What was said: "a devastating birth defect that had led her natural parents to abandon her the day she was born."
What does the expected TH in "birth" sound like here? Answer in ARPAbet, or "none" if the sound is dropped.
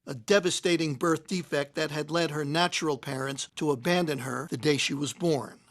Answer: TH